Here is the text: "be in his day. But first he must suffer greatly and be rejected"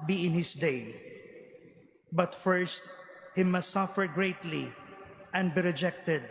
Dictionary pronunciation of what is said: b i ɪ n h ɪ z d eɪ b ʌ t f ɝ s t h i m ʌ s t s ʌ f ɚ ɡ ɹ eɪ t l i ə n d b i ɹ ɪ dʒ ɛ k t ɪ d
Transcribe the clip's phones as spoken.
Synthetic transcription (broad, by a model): b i ɪ n h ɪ s d eɪ b ʌ t f ɝ s t h i m ʌ s t s ʌ f ɚ ɡ ɹ eɪ t l i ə n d b i ɹ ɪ dʒ ɛ k t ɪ d